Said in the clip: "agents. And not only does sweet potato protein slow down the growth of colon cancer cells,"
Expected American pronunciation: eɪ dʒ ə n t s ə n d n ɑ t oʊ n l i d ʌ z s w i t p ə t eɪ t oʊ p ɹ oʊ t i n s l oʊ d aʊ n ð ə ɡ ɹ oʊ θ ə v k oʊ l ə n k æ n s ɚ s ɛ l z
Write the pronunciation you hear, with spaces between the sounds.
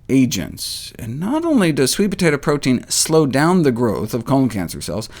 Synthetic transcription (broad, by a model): eɪ dʒ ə n t s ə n n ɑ t oʊ n l i d ʌ z s w i t p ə t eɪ t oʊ p ɹ oʊ t i n s l oʊ d aʊ n ð ə ɡ ɹ oʊ θ ə v k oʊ ə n k æ n s ɚ s ɛ l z